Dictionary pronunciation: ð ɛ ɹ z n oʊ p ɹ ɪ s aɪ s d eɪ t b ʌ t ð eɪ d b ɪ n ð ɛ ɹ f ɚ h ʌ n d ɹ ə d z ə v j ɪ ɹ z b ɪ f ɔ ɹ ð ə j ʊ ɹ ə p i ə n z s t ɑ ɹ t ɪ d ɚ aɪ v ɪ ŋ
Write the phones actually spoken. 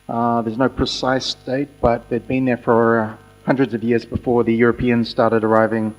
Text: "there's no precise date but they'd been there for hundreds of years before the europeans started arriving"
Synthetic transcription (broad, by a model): ð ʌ ɹ z n oʊ p ɹ ɪ s aɪ s d eɪ t b ʌ t ð eɪ d b ɪ n ð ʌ ɹ f ɚ h ʌ n d ɹ ə d z ə v j ɪ ɹ z b ɪ f ɔ ɹ ð ə j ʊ ɹ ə p i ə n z s t ɑ ɹ t ɪ d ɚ aɪ v ɪ ŋ